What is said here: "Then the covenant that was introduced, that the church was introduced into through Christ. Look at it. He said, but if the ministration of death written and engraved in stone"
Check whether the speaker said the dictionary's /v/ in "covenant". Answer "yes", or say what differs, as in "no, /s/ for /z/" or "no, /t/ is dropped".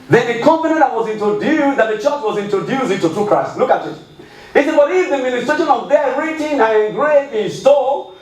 no, /p/ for /v/